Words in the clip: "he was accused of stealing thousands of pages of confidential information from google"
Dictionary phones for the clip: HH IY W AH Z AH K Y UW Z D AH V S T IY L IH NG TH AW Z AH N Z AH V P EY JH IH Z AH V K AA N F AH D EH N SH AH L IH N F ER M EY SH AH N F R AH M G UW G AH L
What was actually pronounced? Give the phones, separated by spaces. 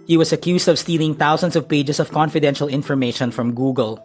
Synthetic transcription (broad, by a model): HH IY W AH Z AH K Y UW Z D AH V S T IY L IH NG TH AW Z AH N S AH V P EY JH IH S AH V K AA N F AH D EH N SH AH L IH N F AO M EY SH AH N F R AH M G UW G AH L